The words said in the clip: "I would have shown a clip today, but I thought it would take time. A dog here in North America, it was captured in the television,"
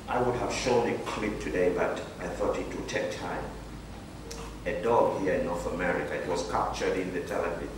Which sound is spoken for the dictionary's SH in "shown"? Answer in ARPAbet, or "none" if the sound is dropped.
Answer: SH